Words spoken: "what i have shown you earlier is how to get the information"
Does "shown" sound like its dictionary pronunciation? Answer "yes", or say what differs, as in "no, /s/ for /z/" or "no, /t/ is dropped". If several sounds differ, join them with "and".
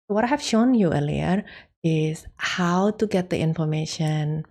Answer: yes